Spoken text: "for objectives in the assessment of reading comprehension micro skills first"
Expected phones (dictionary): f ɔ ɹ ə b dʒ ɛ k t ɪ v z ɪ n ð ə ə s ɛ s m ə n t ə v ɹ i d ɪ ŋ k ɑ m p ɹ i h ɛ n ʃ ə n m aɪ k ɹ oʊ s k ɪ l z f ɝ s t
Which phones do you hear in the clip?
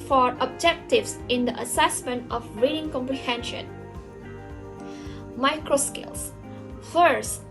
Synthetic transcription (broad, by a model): f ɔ ɹ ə b dʒ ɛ k t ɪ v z ɪ n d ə ə s ɛ s m ə n t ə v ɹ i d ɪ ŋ k ɑ m p ɹ i h ɛ n ʃ ə n m aɪ k ɹ oʊ s k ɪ l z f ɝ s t